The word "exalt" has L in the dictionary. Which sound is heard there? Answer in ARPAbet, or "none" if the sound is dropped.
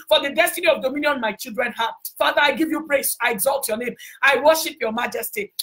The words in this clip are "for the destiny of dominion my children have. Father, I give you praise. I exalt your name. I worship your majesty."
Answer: L